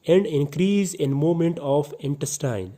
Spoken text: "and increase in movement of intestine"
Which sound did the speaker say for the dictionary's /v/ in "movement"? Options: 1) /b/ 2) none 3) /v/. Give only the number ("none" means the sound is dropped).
2